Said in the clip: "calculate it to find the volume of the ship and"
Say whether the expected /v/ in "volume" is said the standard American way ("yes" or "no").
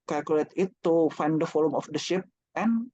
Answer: no